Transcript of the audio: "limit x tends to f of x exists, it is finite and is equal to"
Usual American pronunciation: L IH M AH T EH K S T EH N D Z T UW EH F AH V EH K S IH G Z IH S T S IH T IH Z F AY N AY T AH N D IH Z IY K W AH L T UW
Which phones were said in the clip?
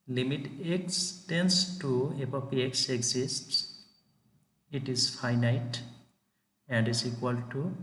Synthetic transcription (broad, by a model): L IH M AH T EH K S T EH N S T UW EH P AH P EH K S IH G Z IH S T S IH T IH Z F AY N AY T AH N D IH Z IY K W AH L T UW